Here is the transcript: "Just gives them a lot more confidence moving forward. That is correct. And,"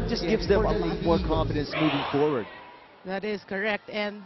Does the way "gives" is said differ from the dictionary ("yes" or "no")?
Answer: no